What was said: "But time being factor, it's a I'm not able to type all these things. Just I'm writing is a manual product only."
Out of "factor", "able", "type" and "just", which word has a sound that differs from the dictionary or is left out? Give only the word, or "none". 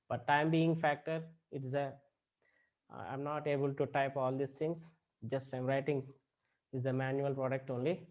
none